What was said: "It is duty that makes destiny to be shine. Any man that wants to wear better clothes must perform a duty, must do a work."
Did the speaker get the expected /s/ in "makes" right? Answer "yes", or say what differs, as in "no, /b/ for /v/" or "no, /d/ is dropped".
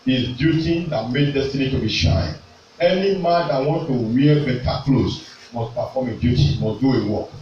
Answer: no, /s/ is dropped